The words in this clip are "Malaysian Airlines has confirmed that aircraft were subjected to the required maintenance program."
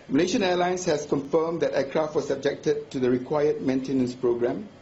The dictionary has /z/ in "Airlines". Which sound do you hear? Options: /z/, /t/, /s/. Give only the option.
/s/